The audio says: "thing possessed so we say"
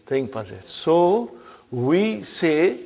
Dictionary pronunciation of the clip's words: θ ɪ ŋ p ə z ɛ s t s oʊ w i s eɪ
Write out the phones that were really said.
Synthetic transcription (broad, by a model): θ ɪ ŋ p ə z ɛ t s oʊ w i s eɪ